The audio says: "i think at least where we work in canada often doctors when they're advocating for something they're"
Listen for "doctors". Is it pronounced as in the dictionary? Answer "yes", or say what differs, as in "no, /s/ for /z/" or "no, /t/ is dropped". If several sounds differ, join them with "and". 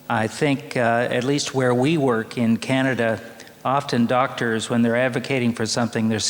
yes